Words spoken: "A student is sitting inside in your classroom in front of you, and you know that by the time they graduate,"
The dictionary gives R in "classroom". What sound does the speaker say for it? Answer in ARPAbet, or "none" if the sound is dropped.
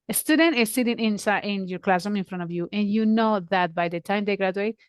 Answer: none